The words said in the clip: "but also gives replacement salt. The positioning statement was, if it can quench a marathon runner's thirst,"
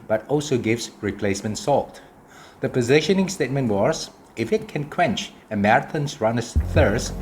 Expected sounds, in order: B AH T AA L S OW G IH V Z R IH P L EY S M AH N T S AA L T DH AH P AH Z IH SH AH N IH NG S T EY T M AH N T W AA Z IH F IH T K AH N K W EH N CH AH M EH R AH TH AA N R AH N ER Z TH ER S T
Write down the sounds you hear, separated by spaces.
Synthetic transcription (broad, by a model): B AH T AA L S OW G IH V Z R IH P L EY S M AH N T S AA L T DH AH P AH Z IH SH AH N IH NG S T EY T M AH N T W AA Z IH F IH T K AH N K W EH N CH AH M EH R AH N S R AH N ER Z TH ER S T